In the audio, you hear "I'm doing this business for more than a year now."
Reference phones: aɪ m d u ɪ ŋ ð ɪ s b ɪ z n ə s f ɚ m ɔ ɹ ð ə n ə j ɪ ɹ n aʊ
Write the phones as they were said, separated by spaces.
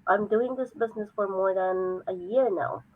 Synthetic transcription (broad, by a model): aɪ m d u ɪ ŋ ð ɪ s b ɪ z n ə s f ɚ m ɔ ɹ ð ə n ə j ɪ ɹ n aʊ